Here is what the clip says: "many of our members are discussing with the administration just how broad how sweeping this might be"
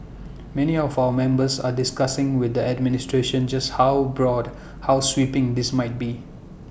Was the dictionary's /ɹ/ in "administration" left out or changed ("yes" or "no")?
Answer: no